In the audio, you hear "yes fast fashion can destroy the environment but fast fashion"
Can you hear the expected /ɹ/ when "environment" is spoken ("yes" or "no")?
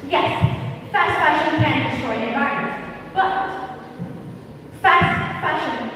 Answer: no